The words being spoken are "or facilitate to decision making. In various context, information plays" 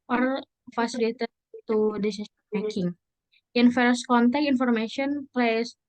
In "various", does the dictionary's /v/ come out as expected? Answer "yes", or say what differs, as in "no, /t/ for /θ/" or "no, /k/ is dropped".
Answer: no, /f/ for /v/